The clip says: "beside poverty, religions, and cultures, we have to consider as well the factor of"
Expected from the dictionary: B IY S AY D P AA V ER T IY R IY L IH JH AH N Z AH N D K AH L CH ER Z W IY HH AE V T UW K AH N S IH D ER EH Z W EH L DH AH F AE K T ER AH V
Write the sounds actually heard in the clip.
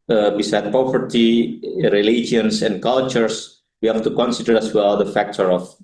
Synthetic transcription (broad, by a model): B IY S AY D P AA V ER T IY R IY L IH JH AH N S AH N D K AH L CH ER S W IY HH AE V T UW K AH N S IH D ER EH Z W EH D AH F AE K T ER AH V